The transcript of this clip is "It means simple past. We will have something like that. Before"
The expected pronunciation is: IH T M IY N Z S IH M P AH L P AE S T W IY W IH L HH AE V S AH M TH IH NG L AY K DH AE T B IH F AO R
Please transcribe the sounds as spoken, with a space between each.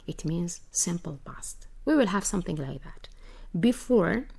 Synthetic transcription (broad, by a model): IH T M IY N Z S IH M P AH L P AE S T W IY W IH L HH AE V S AH M TH IH NG L AY K DH AE T B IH F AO R